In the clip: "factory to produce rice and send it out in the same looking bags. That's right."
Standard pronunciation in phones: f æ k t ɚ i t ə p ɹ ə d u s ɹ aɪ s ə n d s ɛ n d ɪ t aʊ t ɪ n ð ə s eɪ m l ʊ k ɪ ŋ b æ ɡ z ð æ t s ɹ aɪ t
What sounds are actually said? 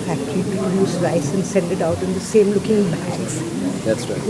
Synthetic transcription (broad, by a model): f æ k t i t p ə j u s ɹ aɪ s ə n s ɛ n d ɪ t aʊ t ɪ n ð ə s eɪ m l ʊ k ɪ ŋ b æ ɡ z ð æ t s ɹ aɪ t